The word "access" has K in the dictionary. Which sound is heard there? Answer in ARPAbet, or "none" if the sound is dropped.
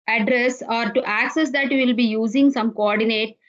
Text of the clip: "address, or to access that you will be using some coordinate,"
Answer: K